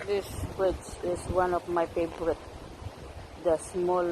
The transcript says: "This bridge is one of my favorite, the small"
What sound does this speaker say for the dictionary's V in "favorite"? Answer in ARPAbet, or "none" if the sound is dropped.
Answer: B